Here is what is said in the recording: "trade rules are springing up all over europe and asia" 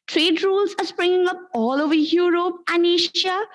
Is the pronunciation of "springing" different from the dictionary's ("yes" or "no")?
no